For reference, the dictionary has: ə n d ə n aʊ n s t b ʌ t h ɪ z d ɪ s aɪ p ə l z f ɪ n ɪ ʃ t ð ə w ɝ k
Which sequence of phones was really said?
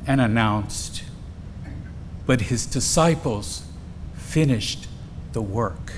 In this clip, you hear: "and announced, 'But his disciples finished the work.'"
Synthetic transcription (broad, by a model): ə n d ə n aʊ n s t b ʌ t h ɪ z d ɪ s aɪ p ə l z f ɪ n ɪ ʃ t ð ə w ɝ k